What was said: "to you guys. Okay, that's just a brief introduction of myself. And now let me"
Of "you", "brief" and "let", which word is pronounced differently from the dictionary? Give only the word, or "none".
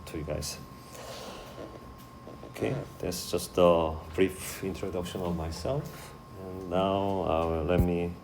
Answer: none